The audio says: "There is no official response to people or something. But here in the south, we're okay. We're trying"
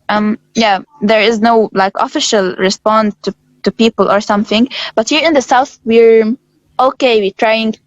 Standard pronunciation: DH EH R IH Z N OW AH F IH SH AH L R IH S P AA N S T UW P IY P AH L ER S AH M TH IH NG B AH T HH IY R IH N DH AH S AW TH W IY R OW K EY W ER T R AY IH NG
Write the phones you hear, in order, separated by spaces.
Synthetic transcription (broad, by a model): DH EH R IH Z N OW AH F IH SH AH L R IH S P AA N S T UW P IY P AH L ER S AH M TH IH NG B AH T HH IY R IH N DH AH S AW TH W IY R OW K EY W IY T R AY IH NG